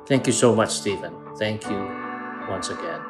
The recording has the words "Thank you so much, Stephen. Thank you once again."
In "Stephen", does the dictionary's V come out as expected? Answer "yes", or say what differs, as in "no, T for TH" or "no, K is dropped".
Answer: yes